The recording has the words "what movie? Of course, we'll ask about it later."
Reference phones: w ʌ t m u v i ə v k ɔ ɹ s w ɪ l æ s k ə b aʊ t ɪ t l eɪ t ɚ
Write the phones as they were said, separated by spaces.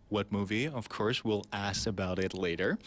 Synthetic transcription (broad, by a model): w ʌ t m u v i ə v k ɔ ɹ s w ɪ l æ s ə b aʊ t ɪ t l eɪ t ɚ